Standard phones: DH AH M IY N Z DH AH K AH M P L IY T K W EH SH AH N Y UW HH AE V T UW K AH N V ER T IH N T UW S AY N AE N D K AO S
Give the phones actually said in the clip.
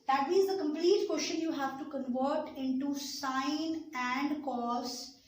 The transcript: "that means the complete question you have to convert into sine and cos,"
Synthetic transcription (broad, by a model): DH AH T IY Z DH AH K AH M P L IY T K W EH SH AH N Y UW HH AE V T UW K AH N V ER T IH N T UW S AY N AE N D K AO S